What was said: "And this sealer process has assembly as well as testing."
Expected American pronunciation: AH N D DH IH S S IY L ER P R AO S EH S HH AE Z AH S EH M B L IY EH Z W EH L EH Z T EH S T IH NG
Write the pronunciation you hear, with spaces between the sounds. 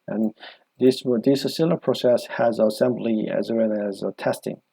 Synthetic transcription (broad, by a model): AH N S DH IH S S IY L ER P R AO S EH S HH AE Z AH S EH M B L IY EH Z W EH N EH Z T EH S T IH NG